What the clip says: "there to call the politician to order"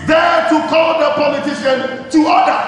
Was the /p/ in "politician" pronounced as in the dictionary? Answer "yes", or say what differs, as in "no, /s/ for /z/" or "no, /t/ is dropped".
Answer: yes